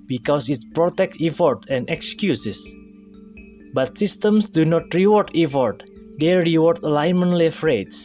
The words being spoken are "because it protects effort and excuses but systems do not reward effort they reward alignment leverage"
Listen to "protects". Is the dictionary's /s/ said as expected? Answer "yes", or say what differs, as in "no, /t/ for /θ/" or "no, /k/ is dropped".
no, /s/ is dropped